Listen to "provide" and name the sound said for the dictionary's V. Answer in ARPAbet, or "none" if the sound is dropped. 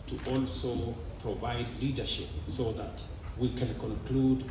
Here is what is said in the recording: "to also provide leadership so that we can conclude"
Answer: V